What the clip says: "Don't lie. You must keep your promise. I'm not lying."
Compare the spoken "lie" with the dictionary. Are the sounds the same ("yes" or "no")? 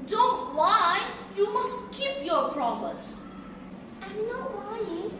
no